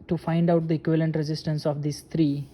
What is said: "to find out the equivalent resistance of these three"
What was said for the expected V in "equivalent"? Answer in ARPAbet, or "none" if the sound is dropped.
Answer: V